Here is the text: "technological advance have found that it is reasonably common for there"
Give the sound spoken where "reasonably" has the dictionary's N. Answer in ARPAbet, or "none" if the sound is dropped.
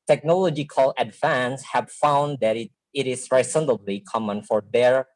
L